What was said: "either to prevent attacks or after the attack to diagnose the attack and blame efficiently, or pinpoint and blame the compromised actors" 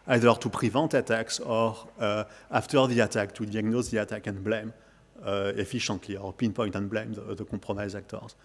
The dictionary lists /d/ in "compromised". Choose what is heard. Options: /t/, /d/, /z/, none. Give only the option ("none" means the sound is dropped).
none